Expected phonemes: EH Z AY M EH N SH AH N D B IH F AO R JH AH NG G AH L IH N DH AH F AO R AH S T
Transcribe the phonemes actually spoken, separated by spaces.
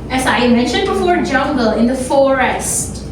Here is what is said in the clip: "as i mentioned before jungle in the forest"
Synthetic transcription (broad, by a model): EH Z AY M EH N SH AH N D B IH F AO R JH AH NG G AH L IH N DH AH F AO R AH S T